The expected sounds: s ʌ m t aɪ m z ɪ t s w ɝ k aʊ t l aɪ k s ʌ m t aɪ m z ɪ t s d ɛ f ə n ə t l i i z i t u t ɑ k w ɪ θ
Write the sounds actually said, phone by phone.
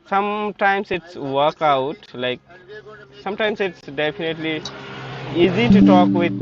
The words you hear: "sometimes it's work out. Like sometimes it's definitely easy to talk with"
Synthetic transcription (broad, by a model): s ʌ m t aɪ m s ɪ t s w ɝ k aʊ t l aɪ k s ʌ m t aɪ m s ɪ t s d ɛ p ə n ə t l i i z i t u t ɑ k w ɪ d